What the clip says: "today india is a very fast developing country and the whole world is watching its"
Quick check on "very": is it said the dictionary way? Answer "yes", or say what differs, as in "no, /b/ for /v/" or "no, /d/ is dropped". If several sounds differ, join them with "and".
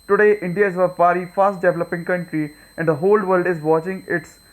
no, /p/ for /v/